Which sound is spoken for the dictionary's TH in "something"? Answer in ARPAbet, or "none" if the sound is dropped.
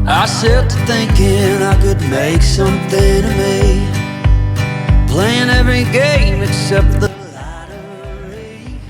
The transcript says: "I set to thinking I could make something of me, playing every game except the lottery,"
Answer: TH